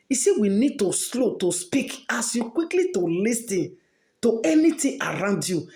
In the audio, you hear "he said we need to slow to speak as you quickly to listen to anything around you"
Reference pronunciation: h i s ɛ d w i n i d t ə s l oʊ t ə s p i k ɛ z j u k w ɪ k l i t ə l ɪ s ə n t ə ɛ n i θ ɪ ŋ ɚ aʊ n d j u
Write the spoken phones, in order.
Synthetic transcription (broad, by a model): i s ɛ w i n i d t ə s l oʊ t ə s p i k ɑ s j u k w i k l i t ə l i s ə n t ə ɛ n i t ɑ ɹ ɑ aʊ n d j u